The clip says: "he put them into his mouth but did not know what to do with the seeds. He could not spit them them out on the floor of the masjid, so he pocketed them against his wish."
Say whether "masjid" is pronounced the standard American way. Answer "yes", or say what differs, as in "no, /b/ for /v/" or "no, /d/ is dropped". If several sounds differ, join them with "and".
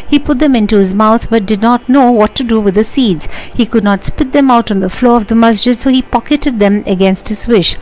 yes